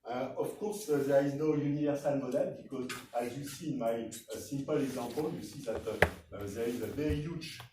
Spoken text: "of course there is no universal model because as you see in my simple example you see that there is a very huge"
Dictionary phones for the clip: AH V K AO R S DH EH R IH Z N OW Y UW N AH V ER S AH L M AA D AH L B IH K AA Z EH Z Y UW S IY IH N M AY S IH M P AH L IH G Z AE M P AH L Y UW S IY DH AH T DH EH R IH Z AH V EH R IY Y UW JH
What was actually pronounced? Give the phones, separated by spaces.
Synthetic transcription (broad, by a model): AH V K AO R S DH EH R IH Z N OW Y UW N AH V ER S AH L M AA D AH L B IH K AA Z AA Z Y UW S IY N M AY S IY M P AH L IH G Z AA P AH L Y UW S IY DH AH T DH EH R IH Z AH V EH R IY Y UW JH